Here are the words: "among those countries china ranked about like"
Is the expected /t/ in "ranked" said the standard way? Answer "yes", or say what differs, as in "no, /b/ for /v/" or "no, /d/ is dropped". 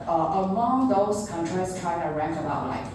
no, /t/ is dropped